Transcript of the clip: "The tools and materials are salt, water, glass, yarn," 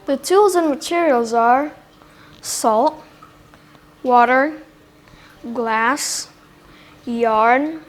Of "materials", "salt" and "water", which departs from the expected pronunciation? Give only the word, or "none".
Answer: none